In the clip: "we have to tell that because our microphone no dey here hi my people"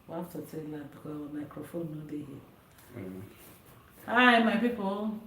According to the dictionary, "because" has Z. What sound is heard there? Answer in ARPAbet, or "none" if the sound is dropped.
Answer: none